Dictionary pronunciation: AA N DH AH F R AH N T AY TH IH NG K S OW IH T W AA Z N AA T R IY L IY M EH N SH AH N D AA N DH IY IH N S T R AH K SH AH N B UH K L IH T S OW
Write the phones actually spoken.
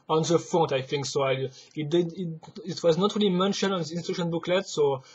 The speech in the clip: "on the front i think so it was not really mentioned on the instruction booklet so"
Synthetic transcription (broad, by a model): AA N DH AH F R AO T AY TH IH NG K S OW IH T W AA Z N AA T R IY L IY M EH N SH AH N AA N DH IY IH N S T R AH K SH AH N B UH K L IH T S OW